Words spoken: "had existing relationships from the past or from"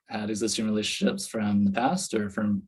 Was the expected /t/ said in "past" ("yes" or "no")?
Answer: yes